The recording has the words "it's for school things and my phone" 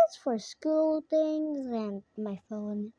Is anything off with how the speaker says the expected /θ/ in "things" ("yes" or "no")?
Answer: yes